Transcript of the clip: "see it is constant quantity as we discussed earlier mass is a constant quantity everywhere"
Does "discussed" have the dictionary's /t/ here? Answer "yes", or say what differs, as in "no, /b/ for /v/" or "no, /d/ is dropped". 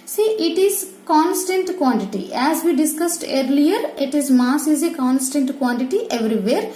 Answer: yes